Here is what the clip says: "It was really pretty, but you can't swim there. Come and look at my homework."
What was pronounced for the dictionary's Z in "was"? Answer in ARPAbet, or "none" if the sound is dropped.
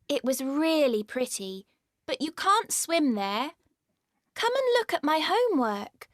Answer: Z